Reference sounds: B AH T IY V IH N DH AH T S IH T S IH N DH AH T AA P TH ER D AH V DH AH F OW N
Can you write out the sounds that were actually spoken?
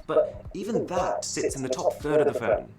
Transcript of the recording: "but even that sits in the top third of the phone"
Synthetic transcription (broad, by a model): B AH T IY V IH N DH AH T S IH T S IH N DH AH T AA P TH ER D AH V DH AH F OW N